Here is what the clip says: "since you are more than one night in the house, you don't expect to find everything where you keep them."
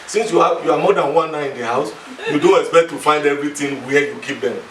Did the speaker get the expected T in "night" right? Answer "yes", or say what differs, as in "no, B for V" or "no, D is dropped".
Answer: no, T is dropped